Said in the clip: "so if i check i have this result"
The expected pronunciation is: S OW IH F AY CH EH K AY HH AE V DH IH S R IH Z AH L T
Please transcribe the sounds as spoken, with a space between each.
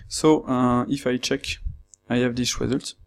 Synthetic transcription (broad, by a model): S OW IH F AY CH EH K AY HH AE V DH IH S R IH Z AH L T